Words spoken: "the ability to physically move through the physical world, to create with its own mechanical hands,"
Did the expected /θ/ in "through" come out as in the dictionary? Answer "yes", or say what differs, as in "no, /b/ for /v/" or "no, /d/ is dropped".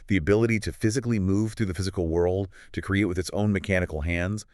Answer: yes